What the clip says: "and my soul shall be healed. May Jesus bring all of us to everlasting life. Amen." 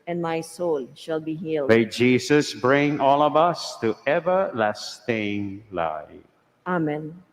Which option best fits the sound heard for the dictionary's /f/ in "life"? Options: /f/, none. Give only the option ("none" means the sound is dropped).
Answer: none